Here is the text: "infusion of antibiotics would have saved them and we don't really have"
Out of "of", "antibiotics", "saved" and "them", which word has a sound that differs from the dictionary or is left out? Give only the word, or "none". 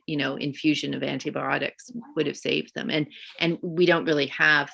none